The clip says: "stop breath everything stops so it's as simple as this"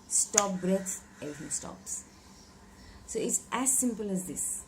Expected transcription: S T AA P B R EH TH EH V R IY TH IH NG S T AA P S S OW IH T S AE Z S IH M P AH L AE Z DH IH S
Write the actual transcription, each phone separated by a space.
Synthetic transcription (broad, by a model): S T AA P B R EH S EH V R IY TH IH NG S T AA P S S OW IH T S AE Z S IH M P AH L AE Z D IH S